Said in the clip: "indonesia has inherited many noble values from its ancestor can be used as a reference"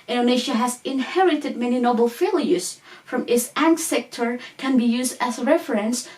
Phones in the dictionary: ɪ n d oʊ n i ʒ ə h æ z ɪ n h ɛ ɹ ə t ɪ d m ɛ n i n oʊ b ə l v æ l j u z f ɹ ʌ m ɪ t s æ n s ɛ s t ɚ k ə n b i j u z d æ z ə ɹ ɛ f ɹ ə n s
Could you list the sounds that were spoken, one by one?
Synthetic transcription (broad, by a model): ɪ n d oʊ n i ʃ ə h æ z ɪ n h ɛ ɹ ə t ɪ d m ɛ n i n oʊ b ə l f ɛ l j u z f ɹ ʌ m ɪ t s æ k s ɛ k t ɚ k ə n b i j u z d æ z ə ɹ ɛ f ɹ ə n s